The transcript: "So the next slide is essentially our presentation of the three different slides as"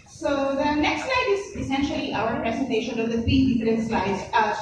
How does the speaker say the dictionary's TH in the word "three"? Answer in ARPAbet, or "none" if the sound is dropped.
F